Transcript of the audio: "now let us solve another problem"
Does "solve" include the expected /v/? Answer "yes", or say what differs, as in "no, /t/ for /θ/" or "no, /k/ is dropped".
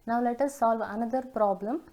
yes